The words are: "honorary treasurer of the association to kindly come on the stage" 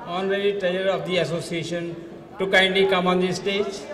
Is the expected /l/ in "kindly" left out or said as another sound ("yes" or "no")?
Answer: yes